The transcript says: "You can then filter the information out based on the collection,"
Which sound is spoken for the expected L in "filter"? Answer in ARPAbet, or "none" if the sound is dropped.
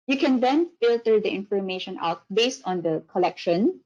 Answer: L